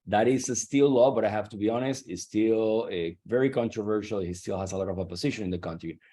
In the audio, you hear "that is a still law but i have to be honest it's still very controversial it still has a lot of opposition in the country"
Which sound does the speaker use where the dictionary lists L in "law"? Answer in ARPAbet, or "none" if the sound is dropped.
L